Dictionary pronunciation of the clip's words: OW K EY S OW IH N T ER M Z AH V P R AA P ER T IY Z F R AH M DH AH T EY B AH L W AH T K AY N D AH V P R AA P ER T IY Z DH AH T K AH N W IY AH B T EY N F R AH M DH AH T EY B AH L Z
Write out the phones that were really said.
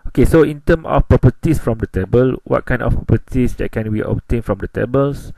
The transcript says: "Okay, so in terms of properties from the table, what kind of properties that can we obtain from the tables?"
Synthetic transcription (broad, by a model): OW K EY S OW IH N T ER M AH F P R AA P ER T IY S F R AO M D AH T EY B AH L W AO T K AY N D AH F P R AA P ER T IY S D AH T K AH N W IY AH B T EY N F R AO M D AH T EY B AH L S